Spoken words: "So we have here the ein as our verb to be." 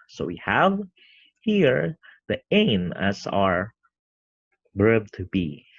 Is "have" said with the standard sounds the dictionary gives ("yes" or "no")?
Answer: yes